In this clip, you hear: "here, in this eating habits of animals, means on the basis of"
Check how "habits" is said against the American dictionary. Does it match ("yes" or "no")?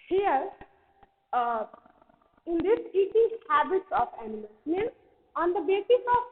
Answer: yes